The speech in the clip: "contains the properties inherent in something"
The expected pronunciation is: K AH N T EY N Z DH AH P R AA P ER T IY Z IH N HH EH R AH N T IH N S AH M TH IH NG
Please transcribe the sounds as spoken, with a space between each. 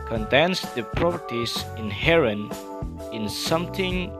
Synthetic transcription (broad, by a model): K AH N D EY N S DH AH P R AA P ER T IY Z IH N HH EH R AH N IH N S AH M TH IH NG